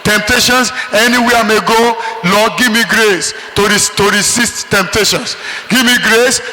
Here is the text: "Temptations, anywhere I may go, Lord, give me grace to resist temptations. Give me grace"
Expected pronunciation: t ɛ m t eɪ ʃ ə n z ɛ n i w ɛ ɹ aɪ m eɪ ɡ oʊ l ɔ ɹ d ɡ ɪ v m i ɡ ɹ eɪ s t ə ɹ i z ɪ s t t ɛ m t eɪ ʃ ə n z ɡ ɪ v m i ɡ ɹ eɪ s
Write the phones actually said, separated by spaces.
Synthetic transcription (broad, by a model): t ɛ m t eɪ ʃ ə n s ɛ n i w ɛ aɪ m eɪ ɡ oʊ l ɔ ɡ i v m i ɡ ɹ eɪ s t ə ɹ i s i s t t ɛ m t eɪ ʃ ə n s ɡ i v m i ɡ ɹ eɪ s